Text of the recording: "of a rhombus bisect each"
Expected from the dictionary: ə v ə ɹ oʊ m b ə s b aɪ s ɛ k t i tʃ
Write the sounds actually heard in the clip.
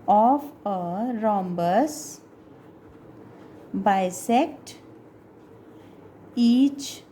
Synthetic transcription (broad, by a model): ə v ə ɹ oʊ m b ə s b aɪ s ɛ k t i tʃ